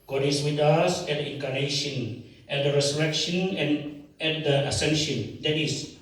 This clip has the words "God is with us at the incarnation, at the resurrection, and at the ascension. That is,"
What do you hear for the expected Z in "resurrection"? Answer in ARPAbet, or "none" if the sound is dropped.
S